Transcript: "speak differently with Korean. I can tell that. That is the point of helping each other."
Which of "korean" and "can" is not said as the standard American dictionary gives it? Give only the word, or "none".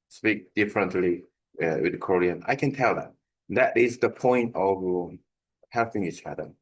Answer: none